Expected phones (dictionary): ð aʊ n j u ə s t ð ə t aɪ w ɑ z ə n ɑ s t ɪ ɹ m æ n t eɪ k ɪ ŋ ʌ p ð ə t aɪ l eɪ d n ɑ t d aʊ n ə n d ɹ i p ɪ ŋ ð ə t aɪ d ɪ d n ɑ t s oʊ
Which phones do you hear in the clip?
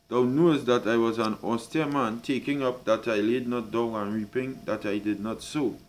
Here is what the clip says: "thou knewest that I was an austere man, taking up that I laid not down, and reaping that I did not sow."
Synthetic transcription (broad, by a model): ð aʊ n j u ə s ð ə t aɪ w ɑ z ə n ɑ s t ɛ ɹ m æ n t eɪ k ɪ ŋ ʌ p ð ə t aɪ l eɪ d n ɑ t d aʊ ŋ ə n ɹ i p ɪ ŋ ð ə t aɪ d ɪ d n ɑ t s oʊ